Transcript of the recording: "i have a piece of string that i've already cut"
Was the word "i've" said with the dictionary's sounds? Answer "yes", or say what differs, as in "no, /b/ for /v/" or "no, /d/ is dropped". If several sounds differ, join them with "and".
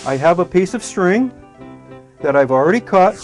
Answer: yes